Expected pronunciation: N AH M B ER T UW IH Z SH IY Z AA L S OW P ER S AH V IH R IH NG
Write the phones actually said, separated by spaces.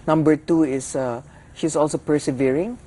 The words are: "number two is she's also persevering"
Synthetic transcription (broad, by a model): N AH M B ER T UW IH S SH IY S AA L S OW P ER S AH V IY R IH NG